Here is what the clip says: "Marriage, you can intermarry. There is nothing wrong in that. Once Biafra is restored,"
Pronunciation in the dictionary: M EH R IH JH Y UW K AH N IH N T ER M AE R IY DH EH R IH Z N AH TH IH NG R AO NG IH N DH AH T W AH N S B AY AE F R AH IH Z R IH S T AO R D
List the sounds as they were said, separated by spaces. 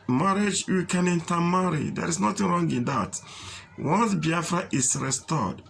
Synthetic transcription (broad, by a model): M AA R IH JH Y UW K AH N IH N T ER M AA R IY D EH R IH S N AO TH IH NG R AO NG IH N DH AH T W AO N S B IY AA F R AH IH S R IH S T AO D